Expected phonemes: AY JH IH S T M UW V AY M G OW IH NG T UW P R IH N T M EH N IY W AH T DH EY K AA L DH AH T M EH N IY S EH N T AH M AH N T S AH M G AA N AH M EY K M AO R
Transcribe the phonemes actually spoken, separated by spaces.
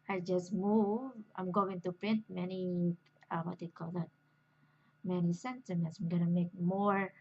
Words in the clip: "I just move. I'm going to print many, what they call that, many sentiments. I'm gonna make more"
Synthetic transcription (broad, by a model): AY JH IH S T M UW V AY M G OW IH NG T UW P R IH N T M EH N IY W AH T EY K AA L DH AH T M EH N IY S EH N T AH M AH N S AH M G AA N AH M EY K M AO R